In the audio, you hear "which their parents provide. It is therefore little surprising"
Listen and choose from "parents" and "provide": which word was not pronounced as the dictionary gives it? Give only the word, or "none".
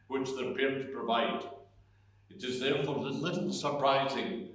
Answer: parents